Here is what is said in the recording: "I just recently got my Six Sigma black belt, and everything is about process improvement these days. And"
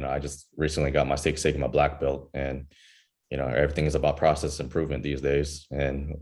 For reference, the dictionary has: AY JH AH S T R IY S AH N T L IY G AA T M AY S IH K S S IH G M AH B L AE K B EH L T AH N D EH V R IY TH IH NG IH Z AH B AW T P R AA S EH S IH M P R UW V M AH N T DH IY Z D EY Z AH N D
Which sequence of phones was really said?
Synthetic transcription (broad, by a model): AY JH AH S T R IY S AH N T L IY G AA T M AY S IH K S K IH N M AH B L AE K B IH L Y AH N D EH V R IY TH IH NG IH Z AH B AW T P R AA S EH S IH M P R UW V M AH N DH IY Z D EY Z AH N